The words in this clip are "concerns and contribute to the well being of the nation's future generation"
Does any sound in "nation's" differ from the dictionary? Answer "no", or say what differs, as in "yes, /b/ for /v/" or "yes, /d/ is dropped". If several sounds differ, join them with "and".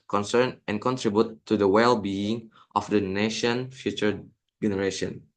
yes, /z/ is dropped